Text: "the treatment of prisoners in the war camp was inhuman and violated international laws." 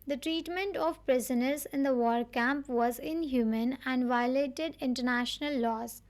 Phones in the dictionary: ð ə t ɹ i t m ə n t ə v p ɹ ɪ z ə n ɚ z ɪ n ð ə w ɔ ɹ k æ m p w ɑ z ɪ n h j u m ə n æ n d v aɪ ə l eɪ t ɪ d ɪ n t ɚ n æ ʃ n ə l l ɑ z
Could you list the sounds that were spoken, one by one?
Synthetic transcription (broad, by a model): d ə t ɹ i t m ə n t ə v p ɹ ɪ z ə n ɚ z ɪ n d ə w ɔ ɹ k æ m p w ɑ z ɪ n h j u m ə n æ n d v aɪ ə l eɪ t ɪ d ɪ n t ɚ n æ ʃ n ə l l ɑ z